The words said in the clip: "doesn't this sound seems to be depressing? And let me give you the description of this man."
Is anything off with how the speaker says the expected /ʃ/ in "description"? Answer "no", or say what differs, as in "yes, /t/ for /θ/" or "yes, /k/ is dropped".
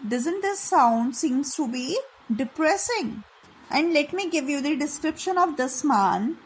no